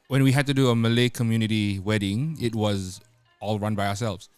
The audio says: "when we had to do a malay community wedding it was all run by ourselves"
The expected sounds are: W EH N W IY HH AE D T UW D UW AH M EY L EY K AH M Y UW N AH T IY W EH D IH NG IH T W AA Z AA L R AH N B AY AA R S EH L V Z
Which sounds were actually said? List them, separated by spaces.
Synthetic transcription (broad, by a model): W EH N W IY HH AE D T UW D UW AH M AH L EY K AH M Y UW N AH T IY W EH D IH NG IH T W AA Z AA L R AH N B AY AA S EH L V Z